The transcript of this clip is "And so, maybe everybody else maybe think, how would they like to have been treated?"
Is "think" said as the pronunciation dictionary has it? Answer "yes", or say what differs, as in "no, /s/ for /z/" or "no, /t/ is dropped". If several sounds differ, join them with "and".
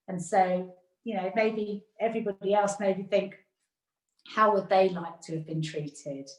yes